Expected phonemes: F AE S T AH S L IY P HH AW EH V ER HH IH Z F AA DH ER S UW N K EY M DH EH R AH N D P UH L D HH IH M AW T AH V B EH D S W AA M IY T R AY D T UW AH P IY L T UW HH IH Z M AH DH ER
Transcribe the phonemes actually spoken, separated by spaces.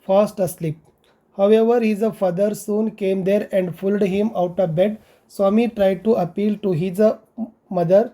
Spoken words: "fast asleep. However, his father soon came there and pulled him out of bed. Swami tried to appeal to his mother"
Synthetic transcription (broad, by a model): F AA S T AH S L IY P HH AW EH V ER HH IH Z F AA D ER S UW N K EY M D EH R AH N D F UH L D HH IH M AW T AH V B EH D S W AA M IY T R AY D T UW AH P IY L T UW HH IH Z M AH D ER